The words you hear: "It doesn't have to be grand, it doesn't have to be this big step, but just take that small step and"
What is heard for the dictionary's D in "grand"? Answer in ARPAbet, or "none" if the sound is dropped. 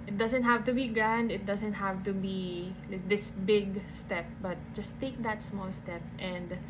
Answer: D